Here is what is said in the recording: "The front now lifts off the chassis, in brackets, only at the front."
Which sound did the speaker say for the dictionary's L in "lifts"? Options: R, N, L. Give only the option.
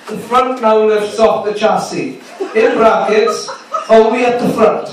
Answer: N